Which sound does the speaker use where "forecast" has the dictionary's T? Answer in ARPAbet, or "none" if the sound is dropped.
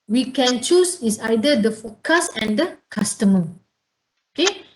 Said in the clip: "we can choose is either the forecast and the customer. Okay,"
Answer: none